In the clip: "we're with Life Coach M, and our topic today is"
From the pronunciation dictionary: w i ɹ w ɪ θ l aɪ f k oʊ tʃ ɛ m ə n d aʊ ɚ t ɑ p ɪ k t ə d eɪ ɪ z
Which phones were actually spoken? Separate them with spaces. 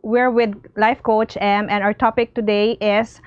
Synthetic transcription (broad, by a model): w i ɹ w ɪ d l aɪ f k oʊ tʃ ɛ m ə n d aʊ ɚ t ɑ p ɪ k t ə d eɪ ɪ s